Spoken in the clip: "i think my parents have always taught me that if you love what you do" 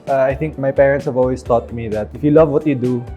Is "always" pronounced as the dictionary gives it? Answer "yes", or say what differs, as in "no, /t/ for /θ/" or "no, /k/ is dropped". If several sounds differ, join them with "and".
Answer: no, /s/ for /z/